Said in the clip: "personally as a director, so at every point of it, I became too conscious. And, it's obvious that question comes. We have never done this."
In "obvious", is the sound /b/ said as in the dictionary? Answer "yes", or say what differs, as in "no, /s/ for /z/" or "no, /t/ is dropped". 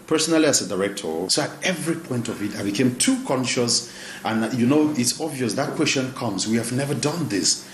yes